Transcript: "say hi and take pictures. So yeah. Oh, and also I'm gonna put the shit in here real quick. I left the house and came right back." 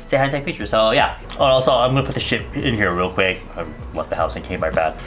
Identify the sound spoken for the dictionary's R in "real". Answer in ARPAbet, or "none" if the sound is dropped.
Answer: R